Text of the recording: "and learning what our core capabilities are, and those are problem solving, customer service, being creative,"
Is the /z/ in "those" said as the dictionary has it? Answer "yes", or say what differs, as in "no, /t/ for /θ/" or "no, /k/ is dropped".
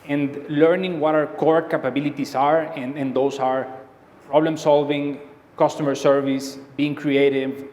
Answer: no, /s/ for /z/